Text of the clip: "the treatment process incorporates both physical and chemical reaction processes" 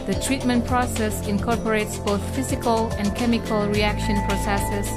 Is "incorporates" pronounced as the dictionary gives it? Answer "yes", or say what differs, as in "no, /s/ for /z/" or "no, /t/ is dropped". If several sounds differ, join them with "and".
yes